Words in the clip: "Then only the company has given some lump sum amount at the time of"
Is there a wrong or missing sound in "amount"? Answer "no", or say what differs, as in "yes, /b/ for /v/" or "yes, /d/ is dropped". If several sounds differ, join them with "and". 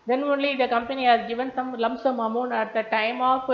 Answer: yes, /t/ is dropped